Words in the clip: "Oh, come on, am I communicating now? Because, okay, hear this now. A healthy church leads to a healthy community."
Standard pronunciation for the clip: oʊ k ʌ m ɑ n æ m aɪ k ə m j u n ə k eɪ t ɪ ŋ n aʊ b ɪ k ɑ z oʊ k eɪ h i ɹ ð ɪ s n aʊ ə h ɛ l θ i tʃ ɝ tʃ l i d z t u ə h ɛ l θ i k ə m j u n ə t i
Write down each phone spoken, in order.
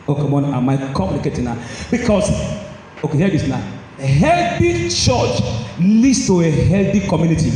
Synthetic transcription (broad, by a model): oʊ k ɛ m ɑ n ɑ m aɪ k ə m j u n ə k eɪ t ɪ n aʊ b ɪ k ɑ s oʊ k eɪ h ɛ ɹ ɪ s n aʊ ə h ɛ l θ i tʃ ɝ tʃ l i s t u ə h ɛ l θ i k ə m j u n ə t i